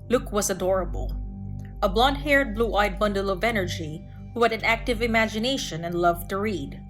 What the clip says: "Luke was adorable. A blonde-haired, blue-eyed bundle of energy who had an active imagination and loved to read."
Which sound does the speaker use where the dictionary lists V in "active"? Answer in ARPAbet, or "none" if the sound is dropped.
V